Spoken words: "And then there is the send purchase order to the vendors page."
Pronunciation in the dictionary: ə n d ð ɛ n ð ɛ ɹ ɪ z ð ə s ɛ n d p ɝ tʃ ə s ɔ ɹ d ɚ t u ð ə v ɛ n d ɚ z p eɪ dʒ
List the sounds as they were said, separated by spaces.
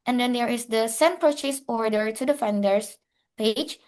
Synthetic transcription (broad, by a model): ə n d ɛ n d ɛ ɹ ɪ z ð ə s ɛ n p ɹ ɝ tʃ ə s ɔ ɹ d ɚ t u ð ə f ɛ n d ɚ s p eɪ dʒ